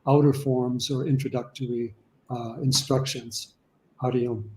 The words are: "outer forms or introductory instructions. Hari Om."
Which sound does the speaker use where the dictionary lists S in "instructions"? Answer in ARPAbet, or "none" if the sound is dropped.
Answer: S